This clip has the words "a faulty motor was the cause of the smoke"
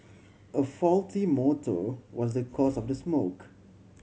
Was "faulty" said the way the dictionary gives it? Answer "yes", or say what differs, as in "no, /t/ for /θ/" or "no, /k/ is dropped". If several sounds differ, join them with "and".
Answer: yes